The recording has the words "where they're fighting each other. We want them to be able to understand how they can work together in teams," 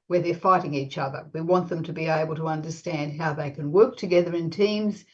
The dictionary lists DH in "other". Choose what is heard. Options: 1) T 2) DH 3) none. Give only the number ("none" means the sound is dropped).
2